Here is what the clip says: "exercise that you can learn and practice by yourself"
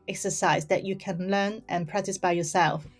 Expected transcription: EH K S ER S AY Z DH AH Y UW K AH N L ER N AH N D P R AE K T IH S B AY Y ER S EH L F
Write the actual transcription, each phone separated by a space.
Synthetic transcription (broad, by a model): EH K S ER S AY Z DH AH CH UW K AH N L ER N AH N P R AE K T IH S B AY Y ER S EH L F